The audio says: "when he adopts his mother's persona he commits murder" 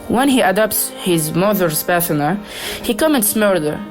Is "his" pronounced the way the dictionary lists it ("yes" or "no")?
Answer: yes